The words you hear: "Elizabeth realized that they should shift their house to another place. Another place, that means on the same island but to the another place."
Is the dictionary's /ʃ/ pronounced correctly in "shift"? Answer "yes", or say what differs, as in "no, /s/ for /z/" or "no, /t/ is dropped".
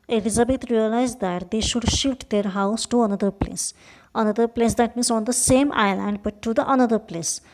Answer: yes